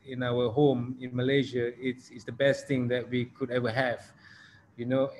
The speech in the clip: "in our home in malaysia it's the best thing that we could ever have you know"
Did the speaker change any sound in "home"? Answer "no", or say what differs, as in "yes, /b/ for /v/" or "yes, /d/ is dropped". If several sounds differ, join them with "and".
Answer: no